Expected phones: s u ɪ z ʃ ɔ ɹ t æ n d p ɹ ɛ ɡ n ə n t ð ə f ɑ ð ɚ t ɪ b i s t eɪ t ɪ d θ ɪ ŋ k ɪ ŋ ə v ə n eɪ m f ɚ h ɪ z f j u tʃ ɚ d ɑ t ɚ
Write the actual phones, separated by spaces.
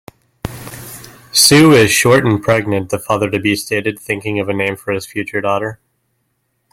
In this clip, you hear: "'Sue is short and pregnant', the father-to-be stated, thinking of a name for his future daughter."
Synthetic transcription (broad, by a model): s u ɪ z ʃ ɔ ɹ t n p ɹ ɛ ɡ n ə n ð ə f ɑ ð ɚ t ɪ b i s t eɪ t ɪ d θ ɪ ŋ k ɪ ŋ ə v ə n eɪ m f ɚ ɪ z f j u tʃ ɚ d ɑ t ɚ